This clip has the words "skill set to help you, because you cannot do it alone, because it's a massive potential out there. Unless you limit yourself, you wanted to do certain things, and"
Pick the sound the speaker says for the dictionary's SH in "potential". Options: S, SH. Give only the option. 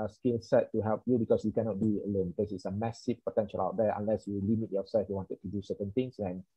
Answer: SH